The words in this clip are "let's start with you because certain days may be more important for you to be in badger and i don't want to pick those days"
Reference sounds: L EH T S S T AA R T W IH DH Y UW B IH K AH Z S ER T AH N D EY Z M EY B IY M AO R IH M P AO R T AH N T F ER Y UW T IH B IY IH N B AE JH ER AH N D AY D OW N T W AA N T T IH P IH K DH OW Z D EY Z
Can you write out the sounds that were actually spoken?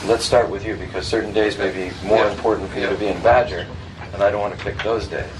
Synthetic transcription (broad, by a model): L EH T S S T AA R T W IH DH Y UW B IH K AH Z S ER T N D EY Z M EY B IY M AO R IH M P AO R T N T F ER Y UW T IH B IY IH N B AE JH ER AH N AY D OW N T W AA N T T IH P IH K DH OW Z D EY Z